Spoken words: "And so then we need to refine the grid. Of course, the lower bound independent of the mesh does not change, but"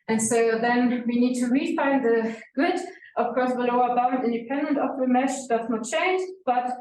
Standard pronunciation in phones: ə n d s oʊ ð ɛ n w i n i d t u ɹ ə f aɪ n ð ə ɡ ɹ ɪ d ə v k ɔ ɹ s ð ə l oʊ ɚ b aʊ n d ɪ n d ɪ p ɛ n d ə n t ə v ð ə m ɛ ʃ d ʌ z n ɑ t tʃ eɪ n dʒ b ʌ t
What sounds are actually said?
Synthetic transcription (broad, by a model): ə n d s oʊ ð ɛ n w i n i d t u ɹ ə f aɪ n ð ə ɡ ʊ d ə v k ɔ ɹ s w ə l oʊ ɚ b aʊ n ɪ n d ɪ p ɛ n d ə n t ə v ð ə m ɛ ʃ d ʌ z n ɑ t tʃ eɪ n dʒ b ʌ t